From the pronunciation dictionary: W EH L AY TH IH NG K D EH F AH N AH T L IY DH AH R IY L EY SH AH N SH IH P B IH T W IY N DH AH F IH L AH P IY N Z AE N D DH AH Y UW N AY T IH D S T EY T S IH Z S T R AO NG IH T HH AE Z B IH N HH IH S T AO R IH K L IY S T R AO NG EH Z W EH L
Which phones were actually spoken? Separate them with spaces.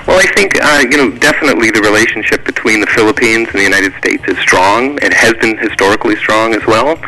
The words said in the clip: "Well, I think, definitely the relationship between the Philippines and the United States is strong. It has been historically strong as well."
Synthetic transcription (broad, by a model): W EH L AY TH IH NG K D EH F AH N AH T L IY DH AH R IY L EY SH N SH IH P B IH T W IY N DH AH F IH L AH P IY N Z N DH AH Y UW N AY T IH D S T EY T S IH Z S T R AO NG IH T HH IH Z B IH N HH IH S T AO R IH K L IY S T R AO NG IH Z W EH L